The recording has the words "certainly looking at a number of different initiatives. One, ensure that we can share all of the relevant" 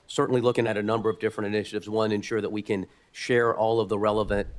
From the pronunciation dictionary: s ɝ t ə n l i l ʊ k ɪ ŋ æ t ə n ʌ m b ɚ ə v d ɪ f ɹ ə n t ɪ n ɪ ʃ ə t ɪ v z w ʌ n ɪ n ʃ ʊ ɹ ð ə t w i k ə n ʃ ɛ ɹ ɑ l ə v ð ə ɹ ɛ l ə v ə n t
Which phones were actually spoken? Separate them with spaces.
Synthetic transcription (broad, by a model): s ɝ t n l i l ʊ k ɪ ŋ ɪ t ə n ʌ m b ɚ ə v d ɪ f ɹ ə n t ɪ n ɪ ʃ ə t ɪ v z w ʌ n ɪ n ʃ ʊ ɹ ð ə t w i k ə n ʃ ɛ ɹ ɑ l ə v ð ə ɹ ɛ l ə v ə n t